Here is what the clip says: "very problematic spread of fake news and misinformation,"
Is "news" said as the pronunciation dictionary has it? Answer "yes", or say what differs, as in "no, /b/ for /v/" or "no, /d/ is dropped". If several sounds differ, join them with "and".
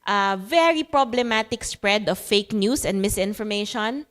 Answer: no, /s/ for /z/